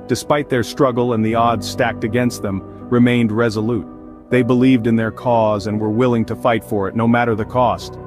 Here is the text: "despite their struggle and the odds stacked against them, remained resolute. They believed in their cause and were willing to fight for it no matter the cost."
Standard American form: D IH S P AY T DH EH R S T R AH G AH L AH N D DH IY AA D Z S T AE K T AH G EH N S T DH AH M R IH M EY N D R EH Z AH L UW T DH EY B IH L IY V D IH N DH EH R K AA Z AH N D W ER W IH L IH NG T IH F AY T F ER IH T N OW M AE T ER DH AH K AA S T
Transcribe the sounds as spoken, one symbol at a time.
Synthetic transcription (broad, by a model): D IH S P AY T DH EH R S T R AH G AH L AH N DH IY AA D Z S T AE K T AH G EH N S T DH AH M R IH M EY N D R EH Z AH L UW T DH EY B IH L IY V D IH N DH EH R K AA Z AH N W ER W IH L IH NG T IH F AY T F ER IH T N OW M AE T ER DH AH K AA S T